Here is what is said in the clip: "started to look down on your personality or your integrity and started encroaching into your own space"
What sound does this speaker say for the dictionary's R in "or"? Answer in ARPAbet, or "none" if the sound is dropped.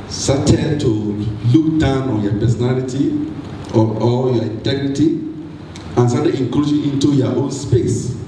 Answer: L